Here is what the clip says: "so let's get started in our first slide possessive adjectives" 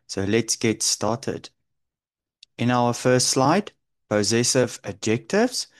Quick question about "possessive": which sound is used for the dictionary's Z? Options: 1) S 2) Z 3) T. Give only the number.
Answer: 2